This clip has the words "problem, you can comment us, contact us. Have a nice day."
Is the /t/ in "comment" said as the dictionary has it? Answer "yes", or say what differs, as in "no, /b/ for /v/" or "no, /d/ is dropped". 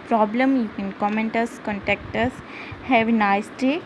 yes